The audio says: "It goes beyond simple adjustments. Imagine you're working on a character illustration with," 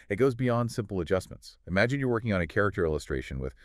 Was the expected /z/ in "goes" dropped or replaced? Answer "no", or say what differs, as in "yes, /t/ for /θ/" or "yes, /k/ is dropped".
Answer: no